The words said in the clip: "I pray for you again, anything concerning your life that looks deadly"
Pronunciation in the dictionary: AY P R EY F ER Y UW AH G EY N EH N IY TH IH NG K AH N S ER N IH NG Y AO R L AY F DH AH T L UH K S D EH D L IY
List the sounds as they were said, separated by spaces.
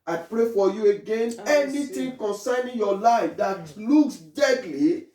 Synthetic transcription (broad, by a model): AY P R EY F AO Y UW AH G EY N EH N IY T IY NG K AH N S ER N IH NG Y AO L AY F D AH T L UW K S D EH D L IY